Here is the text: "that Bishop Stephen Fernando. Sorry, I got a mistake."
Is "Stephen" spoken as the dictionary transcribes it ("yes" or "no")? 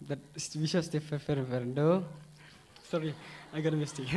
no